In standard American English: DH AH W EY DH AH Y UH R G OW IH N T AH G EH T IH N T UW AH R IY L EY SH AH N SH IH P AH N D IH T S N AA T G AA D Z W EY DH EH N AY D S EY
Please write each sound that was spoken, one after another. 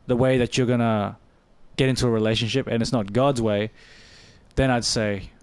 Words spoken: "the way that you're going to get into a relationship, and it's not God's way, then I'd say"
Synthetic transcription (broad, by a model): DH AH W EY DH AH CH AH R G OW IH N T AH G EH T IH N T UW AH R IY L EY SH AH N SH IH P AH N IH T S N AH T G AA D Z W EY DH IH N AY D S EY